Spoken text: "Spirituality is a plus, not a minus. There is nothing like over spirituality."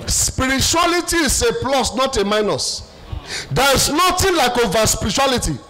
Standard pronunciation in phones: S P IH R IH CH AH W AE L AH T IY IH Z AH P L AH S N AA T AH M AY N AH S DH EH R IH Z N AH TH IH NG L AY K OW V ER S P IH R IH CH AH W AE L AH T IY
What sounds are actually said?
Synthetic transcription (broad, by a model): S P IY R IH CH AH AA L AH T IY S AH P L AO S N AA T AH M AY N AH S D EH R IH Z N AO T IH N L AY K OW V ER S P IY R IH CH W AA L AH T IY